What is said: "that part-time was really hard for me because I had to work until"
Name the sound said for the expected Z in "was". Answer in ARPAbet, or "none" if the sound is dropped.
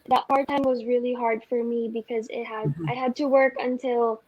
Z